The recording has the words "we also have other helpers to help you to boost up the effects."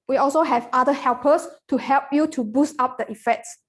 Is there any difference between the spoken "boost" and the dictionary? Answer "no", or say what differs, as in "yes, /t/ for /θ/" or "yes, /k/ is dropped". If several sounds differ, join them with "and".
no